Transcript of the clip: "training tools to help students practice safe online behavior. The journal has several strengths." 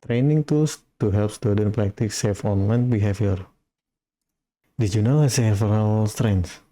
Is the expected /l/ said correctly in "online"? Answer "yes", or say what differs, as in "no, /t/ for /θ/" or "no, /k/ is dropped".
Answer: yes